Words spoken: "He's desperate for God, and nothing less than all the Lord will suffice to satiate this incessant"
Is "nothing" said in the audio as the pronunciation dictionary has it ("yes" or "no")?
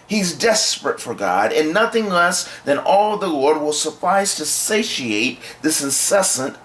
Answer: yes